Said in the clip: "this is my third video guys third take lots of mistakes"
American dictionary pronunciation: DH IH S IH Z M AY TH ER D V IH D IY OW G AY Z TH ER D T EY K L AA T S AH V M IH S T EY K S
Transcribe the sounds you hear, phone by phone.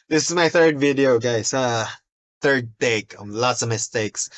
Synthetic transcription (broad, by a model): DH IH S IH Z M AY TH ER D V IH D IY OW G AY S TH ER D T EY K L AA T S AH V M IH S T EY K S